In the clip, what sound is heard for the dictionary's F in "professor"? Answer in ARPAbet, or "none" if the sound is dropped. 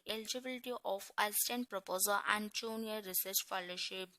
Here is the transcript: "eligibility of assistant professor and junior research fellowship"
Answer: P